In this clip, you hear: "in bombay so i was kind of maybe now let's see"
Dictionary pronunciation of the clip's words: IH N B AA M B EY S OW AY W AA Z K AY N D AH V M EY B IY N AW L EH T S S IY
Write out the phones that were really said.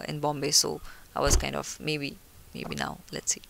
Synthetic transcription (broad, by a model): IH N B AA M B EY S OW AY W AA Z K AY N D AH B M EY B IY N AW L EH T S S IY